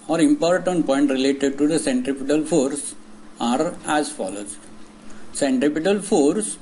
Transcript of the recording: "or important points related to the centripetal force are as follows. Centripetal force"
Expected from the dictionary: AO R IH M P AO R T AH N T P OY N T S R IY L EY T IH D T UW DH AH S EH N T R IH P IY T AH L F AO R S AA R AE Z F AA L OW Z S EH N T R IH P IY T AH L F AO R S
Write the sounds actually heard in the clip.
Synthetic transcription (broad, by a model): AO R IH M P AO R T AH N T P OY N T R IY L EY T IH D T UW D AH S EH N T R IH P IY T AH L F AO R S AA R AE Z F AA L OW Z S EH N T R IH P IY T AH L F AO R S